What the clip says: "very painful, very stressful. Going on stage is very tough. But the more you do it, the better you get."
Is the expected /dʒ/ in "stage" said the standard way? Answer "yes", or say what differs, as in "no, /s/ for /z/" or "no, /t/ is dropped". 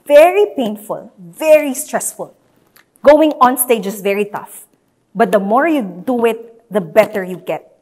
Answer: yes